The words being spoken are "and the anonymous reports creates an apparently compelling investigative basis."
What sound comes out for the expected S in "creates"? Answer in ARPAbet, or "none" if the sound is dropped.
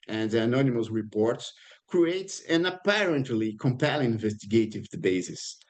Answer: S